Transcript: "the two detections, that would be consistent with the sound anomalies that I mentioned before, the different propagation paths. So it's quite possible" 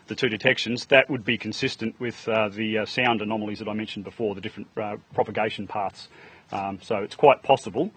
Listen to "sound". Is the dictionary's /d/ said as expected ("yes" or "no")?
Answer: yes